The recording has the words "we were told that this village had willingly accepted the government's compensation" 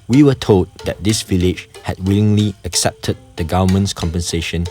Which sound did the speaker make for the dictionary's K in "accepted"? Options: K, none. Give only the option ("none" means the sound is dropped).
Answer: K